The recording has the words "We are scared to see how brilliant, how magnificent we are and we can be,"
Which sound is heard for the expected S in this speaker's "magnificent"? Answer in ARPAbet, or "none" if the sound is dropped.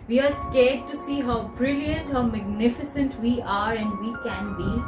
S